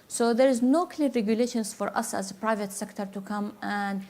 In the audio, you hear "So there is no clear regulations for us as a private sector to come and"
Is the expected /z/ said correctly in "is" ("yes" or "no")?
yes